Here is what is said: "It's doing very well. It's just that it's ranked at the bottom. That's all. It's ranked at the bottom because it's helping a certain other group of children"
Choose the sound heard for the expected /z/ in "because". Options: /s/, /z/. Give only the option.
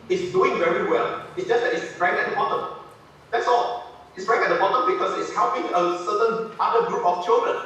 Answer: /s/